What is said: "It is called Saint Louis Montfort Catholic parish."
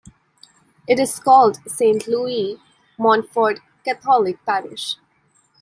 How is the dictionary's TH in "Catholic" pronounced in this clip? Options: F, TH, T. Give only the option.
T